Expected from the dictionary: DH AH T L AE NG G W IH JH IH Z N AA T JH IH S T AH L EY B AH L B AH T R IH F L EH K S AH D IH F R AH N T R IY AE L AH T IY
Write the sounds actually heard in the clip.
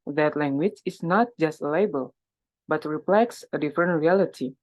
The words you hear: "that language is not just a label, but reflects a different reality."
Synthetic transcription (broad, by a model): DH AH T L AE NG G W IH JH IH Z N AA T JH IH S T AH L EY B AH L B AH T R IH P L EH K S AH D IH F R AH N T R IY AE L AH T IY